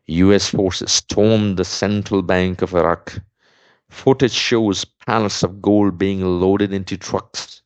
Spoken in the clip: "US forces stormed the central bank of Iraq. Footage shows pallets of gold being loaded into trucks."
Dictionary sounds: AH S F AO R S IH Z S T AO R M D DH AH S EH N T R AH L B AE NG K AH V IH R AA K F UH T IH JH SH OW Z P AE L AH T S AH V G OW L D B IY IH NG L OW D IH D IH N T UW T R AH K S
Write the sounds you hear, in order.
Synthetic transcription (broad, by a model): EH S F AO R S IH Z S T AO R M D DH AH S EH N T R AH L B AE NG K AH V IH R AA K F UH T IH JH SH OW Z P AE N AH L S AH V G OW L D B IY IH NG L OW D IH D IH N T UW T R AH K S